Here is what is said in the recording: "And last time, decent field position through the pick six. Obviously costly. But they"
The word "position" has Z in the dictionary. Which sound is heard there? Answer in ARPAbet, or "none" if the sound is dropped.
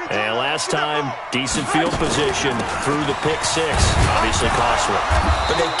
Z